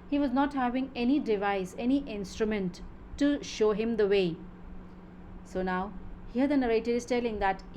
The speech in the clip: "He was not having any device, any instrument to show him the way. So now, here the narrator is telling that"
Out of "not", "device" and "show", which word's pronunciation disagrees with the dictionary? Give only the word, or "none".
none